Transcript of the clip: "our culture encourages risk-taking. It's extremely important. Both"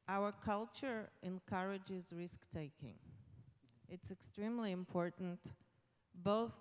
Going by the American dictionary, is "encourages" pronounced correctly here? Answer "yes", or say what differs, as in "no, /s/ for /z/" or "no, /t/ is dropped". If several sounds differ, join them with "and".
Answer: yes